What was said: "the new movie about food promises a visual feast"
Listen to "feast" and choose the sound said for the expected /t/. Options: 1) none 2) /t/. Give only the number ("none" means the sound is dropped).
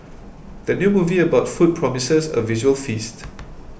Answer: 2